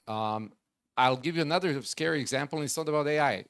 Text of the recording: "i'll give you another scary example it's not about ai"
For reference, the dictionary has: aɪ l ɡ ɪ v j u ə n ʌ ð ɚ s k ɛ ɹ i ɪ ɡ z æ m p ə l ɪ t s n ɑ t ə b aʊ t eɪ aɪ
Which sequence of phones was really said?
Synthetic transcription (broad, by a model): aɪ l ɡ ɪ v j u ə n ʌ ð ɚ s k ɛ ɹ i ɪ ɡ z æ m p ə n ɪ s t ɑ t ə b aʊ t eɪ aɪ